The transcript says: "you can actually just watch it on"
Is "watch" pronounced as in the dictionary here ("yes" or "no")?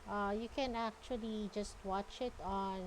yes